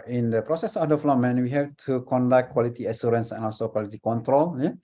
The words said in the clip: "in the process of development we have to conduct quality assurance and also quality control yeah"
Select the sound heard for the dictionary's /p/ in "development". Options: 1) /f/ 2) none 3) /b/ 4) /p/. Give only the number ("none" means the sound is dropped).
2